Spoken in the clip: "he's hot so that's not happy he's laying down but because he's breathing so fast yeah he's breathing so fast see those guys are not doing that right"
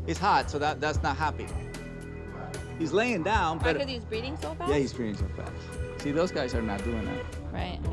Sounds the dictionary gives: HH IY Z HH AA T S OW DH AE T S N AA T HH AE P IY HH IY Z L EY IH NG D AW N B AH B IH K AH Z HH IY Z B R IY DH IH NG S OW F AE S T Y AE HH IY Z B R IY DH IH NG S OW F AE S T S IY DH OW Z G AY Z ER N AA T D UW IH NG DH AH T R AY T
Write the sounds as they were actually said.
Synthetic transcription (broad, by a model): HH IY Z HH AA T S OW DH AE T S N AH T HH AE P IY HH IY Z L EY IH NG D AW N B AH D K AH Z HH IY Z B R IY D IH NG S OW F Y AE HH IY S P R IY IH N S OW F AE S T S IY DH OW Z G AY Z ER N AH T D UW IH NG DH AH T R AY T